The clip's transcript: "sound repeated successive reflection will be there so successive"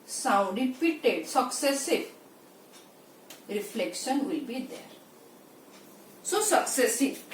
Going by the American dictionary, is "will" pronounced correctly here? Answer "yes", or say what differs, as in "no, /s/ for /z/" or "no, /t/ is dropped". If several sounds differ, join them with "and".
yes